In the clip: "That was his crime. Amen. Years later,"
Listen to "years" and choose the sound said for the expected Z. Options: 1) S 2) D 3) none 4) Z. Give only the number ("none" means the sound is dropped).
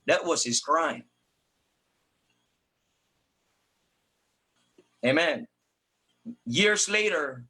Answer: 4